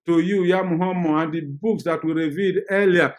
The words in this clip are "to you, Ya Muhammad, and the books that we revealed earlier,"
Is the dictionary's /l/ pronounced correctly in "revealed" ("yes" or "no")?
no